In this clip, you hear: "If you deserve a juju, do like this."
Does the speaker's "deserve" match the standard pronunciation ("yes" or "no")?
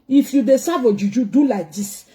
no